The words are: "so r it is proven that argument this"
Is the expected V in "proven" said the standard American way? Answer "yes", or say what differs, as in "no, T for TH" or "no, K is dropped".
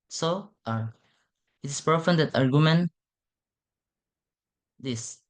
no, F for V